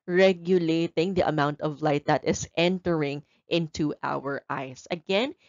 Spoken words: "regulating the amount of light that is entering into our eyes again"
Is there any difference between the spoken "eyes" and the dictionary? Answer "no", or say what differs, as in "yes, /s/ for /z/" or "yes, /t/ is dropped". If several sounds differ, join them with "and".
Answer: yes, /s/ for /z/